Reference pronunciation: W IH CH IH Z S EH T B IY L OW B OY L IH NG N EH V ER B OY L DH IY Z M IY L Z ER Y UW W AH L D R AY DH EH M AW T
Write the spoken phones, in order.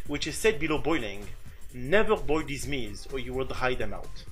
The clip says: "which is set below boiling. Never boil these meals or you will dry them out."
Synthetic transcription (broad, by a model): W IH CH IH Z S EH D B IY L OW B OY L IH NG N EH V ER B OY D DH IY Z M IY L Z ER Y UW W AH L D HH AY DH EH M AW T